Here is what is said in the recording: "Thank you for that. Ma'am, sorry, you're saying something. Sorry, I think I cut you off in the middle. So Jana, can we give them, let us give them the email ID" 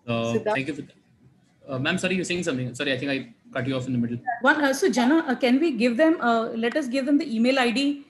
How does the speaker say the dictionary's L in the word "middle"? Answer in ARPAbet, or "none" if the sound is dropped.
N